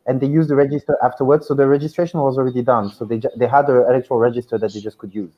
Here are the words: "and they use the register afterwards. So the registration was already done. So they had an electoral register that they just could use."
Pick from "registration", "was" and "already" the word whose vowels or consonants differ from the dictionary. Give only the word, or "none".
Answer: none